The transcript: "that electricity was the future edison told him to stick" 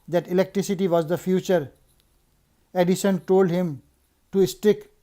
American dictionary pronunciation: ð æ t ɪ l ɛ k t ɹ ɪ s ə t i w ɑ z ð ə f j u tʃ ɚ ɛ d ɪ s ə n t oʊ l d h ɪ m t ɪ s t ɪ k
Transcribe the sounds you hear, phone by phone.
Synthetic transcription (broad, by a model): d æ t ɪ l ɛ k t ɹ ɪ s ə t i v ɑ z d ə f j u tʃ ɚ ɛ d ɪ ʃ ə n t oʊ l d h ɪ m t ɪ s t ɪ k